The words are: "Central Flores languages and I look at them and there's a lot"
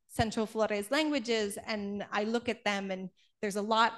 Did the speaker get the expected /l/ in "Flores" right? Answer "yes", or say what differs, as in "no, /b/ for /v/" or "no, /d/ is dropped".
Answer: yes